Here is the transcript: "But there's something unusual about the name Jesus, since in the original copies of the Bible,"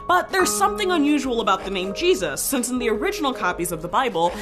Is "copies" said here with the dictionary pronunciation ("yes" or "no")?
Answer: yes